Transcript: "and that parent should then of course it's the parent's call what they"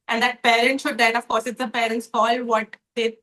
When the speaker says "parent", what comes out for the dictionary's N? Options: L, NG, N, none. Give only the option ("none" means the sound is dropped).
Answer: N